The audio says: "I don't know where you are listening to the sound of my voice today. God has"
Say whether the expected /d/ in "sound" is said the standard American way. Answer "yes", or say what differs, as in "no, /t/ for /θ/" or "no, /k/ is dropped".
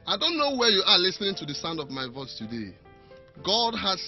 yes